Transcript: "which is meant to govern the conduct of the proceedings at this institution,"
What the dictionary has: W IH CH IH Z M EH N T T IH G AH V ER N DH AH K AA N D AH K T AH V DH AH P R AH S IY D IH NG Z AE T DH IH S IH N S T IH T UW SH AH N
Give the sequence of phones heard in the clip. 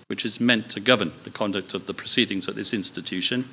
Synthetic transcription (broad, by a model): W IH CH IH Z M EH N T T IH G AH V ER N DH AH K AA N D AH K T AH V DH AH P R AH S IY D IH NG Z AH T DH IH S IH N S T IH T UW SH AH N